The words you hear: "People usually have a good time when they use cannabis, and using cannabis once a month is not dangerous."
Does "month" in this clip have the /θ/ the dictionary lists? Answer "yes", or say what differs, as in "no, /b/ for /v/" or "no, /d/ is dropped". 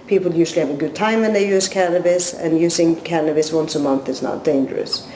yes